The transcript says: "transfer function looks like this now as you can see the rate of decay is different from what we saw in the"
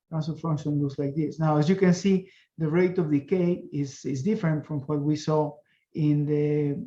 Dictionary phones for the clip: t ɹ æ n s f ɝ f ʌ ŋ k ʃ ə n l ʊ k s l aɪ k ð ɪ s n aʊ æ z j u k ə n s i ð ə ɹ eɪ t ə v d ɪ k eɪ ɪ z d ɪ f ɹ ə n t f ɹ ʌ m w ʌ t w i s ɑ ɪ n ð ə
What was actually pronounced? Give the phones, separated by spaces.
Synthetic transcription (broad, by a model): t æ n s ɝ f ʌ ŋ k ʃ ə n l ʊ s l aɪ k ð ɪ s n aʊ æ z j u k ə n s i ð ə ɹ eɪ t ə v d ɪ k eɪ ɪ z d ɪ f ɹ ə n t f ɹ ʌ m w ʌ t w i s ɑ ɪ n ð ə